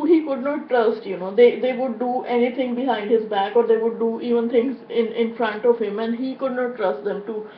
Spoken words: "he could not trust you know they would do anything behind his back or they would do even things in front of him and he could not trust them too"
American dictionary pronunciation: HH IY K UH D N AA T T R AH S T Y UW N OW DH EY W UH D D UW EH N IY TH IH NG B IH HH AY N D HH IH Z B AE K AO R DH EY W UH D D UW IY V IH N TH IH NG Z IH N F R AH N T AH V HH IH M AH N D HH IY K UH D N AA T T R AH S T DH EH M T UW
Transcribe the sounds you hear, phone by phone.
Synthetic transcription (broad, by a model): HH IY K UH D N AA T T R AH S T Y UW N OW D EY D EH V D UW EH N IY T IH NG B IH HH AY N D HH IH Z B AE K AO R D EY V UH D D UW IY V IH N T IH NG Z IH N F R AH N T AH V HH IH M AH N D HH IY K UH D N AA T T R AH S T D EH M T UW